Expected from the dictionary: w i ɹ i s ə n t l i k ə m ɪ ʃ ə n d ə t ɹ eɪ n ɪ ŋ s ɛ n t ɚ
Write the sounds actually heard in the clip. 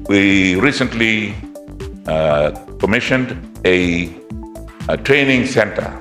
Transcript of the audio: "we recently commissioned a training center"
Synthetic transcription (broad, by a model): w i ɹ i s ə n t l i k ə m ɪ ʃ ə n d ə t ɹ eɪ n ɪ ŋ s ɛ n t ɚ